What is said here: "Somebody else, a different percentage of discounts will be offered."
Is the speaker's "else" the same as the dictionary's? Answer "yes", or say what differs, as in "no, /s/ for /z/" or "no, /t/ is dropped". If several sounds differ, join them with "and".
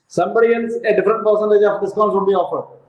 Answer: no, /n/ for /l/